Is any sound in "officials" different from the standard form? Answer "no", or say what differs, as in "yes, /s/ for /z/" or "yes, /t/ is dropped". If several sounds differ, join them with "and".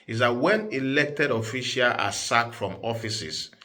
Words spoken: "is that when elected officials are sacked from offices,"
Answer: yes, /z/ is dropped